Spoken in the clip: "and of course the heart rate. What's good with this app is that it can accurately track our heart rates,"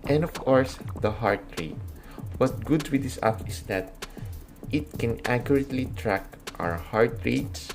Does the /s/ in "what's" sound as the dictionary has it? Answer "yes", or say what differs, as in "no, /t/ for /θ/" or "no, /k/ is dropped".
no, /s/ is dropped